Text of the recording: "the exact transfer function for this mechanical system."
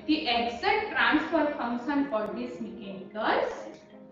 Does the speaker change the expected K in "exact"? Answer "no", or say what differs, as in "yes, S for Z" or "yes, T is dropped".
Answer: yes, K is dropped